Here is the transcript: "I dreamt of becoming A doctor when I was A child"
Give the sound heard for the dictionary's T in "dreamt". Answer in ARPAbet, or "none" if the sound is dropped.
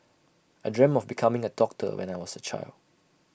none